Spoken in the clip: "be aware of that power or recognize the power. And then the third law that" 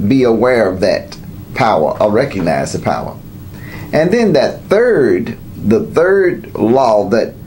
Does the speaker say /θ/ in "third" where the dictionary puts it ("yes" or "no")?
yes